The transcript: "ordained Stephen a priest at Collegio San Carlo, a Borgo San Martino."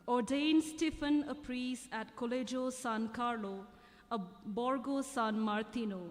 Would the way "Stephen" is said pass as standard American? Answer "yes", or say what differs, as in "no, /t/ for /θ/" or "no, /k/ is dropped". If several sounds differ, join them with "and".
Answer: no, /f/ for /v/